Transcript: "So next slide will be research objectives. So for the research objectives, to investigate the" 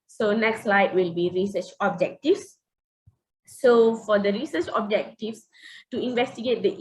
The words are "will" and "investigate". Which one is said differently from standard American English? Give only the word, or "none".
none